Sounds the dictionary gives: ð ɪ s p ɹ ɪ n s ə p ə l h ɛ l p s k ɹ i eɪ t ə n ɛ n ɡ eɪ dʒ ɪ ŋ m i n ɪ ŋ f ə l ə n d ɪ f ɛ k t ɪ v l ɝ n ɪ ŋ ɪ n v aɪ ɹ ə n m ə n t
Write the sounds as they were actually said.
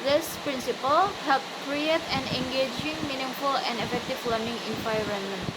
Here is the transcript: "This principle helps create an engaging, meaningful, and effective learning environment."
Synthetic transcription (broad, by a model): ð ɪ s p ɹ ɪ n s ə p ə l h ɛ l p k ɹ i eɪ t ə n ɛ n ɡ eɪ dʒ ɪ ŋ m i n ɪ ŋ f ə l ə n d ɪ f ɛ k t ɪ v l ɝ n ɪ ŋ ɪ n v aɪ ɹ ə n m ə n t